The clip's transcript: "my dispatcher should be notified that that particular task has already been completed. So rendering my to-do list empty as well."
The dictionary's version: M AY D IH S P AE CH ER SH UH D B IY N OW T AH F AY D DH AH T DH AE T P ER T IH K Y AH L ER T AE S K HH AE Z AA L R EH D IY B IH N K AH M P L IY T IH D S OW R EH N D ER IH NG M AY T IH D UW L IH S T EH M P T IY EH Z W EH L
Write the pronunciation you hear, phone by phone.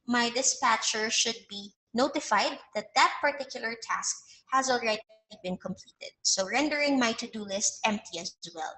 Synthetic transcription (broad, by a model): M AY D IH S P AE CH ER SH UH D B IY N OW T AH F AY D DH AH T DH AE T P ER T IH K Y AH L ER T AE S K HH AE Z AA L R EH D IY B IH N K AH M P L IY T IH D S OW R EH N D ER IH NG M AY T IH D UW L IH S T EH M P T IY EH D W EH L